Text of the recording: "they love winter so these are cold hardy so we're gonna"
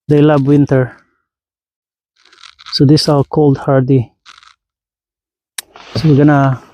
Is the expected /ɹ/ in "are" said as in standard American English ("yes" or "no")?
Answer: no